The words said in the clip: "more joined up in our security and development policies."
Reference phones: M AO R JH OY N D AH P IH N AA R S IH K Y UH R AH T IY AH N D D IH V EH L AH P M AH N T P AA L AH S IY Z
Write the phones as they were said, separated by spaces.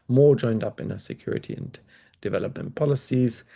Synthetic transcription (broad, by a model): M AO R JH OY N D AH P IH N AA S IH K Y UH R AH T IY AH N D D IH V EH L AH P M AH N P AA L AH S IY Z